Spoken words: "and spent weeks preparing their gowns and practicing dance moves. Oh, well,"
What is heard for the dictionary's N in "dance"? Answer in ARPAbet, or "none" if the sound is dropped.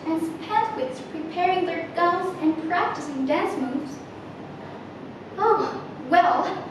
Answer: N